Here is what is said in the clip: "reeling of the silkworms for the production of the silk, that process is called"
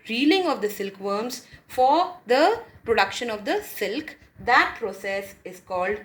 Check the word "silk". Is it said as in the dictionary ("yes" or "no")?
yes